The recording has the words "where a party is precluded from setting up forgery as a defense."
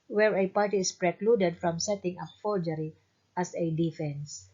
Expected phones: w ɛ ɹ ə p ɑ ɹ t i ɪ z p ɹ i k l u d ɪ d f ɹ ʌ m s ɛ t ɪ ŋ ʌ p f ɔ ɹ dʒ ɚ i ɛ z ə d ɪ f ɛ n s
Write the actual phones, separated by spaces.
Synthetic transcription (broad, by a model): w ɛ ɹ ə p ɑ ɹ t i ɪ s p ɹ i k l u d ɪ d f ɹ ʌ m s ɛ t ɪ ŋ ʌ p f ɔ l dʒ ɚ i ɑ s ə d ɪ f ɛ n s